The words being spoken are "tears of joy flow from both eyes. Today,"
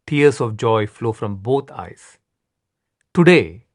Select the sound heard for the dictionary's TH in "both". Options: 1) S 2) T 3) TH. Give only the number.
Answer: 2